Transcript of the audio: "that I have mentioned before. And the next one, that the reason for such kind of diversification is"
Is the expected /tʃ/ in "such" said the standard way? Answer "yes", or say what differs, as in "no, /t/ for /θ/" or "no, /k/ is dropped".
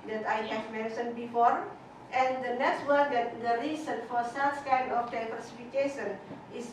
no, /s/ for /tʃ/